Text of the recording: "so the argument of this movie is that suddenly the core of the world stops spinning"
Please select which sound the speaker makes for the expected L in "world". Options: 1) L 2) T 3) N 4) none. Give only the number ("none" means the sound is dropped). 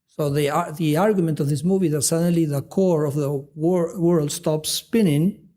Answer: 1